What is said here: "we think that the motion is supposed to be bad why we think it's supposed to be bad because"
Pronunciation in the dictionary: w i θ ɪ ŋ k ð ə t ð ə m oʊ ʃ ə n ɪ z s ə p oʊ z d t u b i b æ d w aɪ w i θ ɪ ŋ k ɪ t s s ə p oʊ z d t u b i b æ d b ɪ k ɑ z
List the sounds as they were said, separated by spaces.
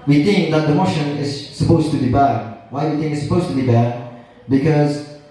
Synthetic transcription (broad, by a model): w i θ ɪ ŋ k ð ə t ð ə m oʊ ʃ ə n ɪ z s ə p oʊ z t u b i b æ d w aɪ w i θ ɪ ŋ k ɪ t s s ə p oʊ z t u b i b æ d b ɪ k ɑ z